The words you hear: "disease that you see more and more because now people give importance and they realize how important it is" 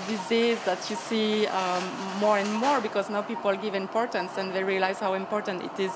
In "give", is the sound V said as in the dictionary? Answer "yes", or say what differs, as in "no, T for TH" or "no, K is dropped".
yes